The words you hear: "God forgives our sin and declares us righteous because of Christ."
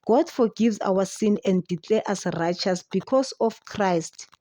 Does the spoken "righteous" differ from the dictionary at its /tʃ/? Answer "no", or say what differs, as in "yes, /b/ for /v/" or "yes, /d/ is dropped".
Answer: no